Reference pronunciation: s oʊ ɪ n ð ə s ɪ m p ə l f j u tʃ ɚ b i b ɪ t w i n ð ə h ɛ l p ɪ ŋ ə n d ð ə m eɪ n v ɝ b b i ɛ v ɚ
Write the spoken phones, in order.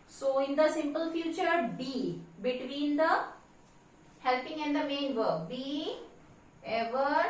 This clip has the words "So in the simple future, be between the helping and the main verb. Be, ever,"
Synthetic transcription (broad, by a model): s oʊ ɪ n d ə s ɪ m p ə l f j u tʃ ɚ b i b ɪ t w i n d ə h ɛ l p ɪ ŋ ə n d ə m eɪ n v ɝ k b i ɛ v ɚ